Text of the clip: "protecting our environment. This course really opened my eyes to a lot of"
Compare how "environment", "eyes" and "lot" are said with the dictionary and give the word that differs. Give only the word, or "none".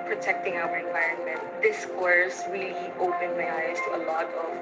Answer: none